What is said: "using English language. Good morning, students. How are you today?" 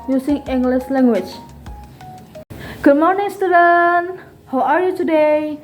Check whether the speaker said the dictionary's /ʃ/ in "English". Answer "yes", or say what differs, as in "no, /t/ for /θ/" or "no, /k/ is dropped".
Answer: no, /s/ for /ʃ/